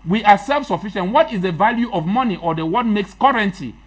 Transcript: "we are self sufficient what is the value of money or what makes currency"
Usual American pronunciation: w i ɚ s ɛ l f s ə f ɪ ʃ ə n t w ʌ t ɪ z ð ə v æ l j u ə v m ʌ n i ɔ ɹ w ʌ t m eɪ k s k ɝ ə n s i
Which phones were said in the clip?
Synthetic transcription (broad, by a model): w i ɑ s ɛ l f s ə f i ʃ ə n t w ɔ t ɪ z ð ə v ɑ l j u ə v m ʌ n i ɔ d w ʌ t m eɪ k s k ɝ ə n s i